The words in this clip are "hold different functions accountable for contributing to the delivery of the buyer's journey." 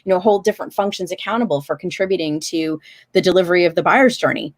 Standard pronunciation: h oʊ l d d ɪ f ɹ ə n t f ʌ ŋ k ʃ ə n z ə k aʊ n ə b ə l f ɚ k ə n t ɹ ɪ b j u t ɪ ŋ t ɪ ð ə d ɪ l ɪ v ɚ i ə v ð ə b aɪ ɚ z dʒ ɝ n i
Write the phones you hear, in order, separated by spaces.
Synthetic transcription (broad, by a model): h oʊ l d d ɪ f ɹ ə n t f ʌ ŋ k ʃ ə n z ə k aʊ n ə b l f ɚ k n t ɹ ɪ b j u t ɪ ŋ t ɪ ð ə d ɪ l ɪ v ɚ i ə v ð ə b aɪ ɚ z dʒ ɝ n i